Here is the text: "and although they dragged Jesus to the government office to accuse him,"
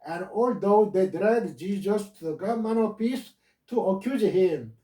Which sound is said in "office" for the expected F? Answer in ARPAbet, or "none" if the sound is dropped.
P